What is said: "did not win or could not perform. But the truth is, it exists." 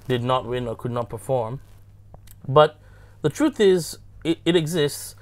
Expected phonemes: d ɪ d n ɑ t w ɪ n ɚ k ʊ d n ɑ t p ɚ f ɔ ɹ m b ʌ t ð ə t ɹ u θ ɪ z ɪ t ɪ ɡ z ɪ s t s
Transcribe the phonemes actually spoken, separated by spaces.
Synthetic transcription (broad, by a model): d ɪ d n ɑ t w ɪ n ɚ k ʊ d n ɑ t p ɚ f ɔ ɹ m b ʌ t ð ə t ɹ u θ ɪ z ɪ t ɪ ɡ z ɪ s t s